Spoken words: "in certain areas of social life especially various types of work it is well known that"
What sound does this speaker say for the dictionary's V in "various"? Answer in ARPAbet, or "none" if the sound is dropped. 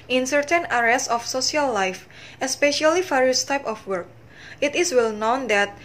F